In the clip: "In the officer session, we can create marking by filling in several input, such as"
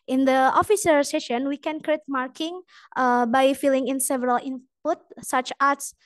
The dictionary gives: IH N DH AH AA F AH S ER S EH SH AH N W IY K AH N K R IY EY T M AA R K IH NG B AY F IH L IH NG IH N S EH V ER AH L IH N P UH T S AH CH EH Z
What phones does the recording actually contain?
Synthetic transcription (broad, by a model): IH N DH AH AA F AH S ER S EH SH AH N W IY K AH N K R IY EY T M AA R K IH NG B AY F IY L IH NG IH N S EH V ER AH L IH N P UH T S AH CH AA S